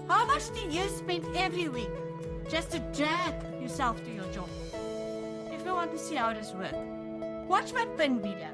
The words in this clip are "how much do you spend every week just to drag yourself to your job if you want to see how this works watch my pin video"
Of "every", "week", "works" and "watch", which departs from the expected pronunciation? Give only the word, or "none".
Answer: works